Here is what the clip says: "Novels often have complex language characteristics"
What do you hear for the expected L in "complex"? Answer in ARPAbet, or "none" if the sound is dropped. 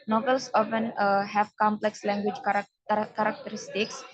L